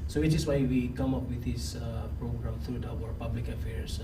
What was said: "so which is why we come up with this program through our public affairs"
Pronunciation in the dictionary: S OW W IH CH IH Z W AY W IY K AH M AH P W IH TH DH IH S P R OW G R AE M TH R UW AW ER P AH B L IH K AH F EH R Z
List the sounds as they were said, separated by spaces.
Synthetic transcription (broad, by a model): S OW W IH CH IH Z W AY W IY K AH M AH P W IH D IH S P R OW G R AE M T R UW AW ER P AH B L IH K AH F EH R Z